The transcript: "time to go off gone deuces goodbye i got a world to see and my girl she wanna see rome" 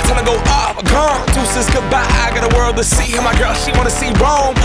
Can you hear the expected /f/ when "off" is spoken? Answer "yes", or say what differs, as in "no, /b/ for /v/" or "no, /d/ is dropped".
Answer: no, /p/ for /f/